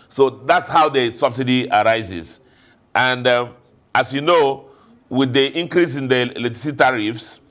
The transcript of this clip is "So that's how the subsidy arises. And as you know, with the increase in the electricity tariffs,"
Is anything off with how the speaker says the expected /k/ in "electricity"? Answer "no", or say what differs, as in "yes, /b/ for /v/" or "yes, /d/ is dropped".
yes, /k/ is dropped